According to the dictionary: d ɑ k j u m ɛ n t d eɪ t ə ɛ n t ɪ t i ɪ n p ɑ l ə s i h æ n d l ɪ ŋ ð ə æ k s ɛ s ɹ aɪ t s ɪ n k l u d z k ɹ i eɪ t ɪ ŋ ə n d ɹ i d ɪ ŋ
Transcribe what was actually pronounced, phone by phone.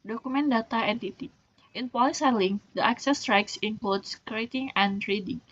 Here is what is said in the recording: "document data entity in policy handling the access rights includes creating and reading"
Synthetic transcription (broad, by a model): d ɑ k u m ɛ n d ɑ t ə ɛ n t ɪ t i ɪ n p ɑ l ə s i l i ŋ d ɪ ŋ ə k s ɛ s ɹ aɪ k s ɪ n k l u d s k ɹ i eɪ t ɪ ŋ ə n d ɹ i d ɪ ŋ